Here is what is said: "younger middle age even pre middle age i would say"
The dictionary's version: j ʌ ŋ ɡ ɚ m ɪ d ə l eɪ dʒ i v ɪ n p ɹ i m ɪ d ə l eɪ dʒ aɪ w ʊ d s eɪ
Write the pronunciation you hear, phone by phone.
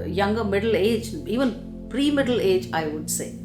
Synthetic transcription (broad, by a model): j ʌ ŋ ɡ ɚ m ɪ d ə l eɪ dʒ i v ɪ n p ɹ i m ɪ d ə l eɪ dʒ aɪ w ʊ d s eɪ